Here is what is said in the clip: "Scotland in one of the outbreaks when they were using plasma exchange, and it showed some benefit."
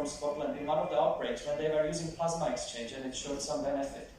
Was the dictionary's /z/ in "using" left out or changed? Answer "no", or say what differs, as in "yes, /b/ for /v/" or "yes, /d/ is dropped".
no